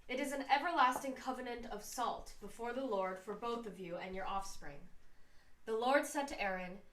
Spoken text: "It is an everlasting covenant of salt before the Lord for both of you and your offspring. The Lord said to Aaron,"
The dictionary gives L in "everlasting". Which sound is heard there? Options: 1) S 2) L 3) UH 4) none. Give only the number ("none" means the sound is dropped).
2